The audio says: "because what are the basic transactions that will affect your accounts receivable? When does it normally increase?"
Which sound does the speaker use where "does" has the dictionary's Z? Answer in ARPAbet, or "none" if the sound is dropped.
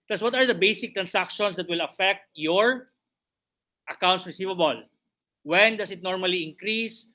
S